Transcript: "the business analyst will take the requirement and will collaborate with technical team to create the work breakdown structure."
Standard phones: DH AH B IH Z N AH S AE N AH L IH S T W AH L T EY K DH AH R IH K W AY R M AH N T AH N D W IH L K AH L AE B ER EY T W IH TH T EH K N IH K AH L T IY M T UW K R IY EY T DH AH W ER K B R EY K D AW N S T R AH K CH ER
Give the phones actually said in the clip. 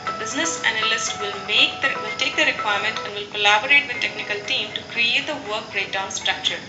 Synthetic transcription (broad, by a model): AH B IH Z N AH S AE N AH L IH S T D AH L T EY K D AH R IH K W AY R M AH N T AH N D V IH L K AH L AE B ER EY T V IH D T EH K N IH K AH L T IY M T UW K R IY EY T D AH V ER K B R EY D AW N S T R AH K CH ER